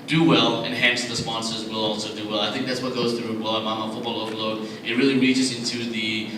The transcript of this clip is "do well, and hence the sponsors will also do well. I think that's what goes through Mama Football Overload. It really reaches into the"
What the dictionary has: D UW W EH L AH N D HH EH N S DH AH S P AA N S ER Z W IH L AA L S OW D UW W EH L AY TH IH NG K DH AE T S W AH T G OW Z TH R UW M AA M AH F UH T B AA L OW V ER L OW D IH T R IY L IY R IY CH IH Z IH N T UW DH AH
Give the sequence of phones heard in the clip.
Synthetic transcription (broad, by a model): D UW W EH L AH N HH EH N S DH AH S P AA N S ER Z W IH L AA L S OW D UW W EH L AY TH IH NG K DH AE T S W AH T G OW Z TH R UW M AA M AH F UH T B AA L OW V L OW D IH T R IY L IY R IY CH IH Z IH N T UW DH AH